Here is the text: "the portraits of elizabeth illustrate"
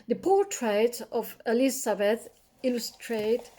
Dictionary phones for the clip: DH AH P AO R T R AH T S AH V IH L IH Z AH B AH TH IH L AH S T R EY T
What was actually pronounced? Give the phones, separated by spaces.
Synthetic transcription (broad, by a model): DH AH P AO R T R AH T AH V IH L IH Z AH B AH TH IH L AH S T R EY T